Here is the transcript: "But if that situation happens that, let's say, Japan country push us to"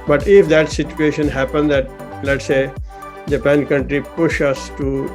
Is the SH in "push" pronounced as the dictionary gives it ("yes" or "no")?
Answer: yes